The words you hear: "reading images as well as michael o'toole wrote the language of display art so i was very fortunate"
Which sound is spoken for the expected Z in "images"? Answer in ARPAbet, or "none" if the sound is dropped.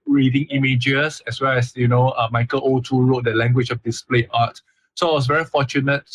S